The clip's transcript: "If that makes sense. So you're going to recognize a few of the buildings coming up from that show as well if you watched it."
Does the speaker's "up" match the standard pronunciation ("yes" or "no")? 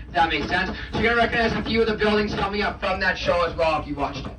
yes